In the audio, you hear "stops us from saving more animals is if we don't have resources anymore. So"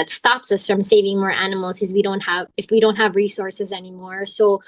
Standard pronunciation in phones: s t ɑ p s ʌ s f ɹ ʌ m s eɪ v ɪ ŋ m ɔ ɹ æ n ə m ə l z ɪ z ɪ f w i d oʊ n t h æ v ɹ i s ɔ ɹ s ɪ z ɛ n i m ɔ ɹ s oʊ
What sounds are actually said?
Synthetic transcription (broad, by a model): s t ɑ p s ʌ s f ɹ ʌ m s eɪ v ɪ ŋ m ɔ ɹ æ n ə m l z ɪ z ɪ f w i d oʊ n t h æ v ɹ i s ɔ ɹ s ɪ z ɛ n i m ɔ ɹ s oʊ